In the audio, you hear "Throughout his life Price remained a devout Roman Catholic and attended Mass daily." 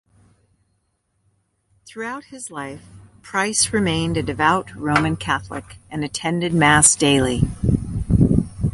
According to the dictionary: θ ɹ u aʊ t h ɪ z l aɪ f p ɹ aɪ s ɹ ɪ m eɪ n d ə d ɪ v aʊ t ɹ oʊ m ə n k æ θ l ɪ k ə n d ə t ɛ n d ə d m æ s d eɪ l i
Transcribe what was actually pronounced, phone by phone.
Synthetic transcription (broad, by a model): θ ɹ u aʊ t h ɪ z l aɪ f p ɹ aɪ s ɹ ɪ m eɪ n d ə d ɪ v aʊ t ɹ oʊ m ə n k æ θ l ɪ k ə n ə t ɛ n d ə d m æ s d eɪ l i